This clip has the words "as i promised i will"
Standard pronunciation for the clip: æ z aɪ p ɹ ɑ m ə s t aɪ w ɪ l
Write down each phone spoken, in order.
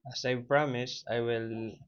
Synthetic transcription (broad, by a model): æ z aɪ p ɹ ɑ m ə s aɪ w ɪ l